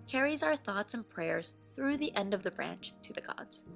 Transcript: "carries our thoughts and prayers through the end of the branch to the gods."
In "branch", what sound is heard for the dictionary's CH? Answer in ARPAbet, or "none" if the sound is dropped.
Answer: CH